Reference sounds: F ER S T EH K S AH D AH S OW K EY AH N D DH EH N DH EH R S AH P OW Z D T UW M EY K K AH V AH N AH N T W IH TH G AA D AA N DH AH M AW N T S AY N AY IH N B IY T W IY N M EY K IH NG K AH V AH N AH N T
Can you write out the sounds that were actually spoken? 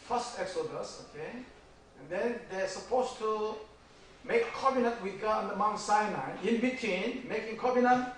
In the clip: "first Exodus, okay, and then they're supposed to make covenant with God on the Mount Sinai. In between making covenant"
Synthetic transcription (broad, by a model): F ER S T EH K S AH D AH S OW K EY AH N D EH N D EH S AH P OW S T UW M EY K K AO B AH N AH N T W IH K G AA AA N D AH M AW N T S AY N AY IH N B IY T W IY N M EY K IH NG K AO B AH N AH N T